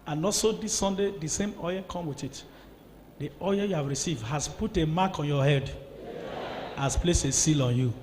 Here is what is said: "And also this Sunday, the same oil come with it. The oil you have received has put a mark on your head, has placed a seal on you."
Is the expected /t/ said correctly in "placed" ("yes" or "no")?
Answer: no